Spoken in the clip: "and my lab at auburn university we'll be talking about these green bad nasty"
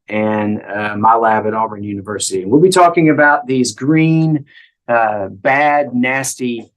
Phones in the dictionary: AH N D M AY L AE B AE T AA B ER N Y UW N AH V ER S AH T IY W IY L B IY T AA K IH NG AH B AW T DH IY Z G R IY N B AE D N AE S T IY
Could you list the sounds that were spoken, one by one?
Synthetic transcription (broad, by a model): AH N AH M AY L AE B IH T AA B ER N Y UW N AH V ER S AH T IY W IY L B IY T AA K IH NG AH B AW T DH IY Z G R IY N B AE D N AE S T IY